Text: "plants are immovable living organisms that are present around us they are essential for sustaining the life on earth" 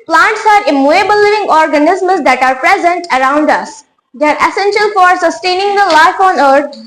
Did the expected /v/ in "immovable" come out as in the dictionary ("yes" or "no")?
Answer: no